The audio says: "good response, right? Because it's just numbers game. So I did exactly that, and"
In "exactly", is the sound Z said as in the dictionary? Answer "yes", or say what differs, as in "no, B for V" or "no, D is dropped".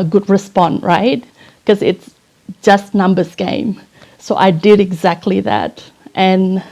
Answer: yes